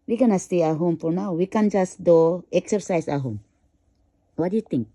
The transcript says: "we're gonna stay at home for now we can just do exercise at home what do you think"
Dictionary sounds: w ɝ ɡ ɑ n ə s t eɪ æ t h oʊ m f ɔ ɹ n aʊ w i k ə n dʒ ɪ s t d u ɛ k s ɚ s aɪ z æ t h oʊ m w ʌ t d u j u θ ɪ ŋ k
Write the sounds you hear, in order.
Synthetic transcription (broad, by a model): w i ɡ ɑ n ə s t eɪ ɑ h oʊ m p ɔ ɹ n aʊ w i k ə n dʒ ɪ s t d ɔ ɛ k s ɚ s aɪ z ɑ h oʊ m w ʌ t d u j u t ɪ ŋ k